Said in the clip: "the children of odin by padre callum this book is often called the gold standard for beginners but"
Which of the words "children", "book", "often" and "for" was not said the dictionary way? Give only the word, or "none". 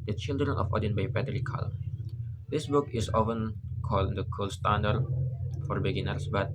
none